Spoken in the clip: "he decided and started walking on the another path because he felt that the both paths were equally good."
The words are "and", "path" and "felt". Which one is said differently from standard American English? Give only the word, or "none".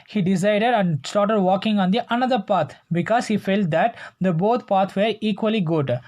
path